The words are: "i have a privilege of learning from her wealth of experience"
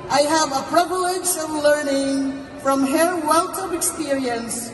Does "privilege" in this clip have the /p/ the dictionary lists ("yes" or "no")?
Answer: yes